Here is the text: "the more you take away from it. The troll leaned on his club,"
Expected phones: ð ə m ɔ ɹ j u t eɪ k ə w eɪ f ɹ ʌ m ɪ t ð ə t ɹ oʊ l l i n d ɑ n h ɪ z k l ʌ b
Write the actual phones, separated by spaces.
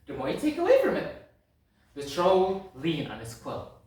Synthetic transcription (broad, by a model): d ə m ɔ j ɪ t eɪ k ə w eɪ f ɹ ʌ m ɪ t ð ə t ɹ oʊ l l i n ɑ n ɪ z k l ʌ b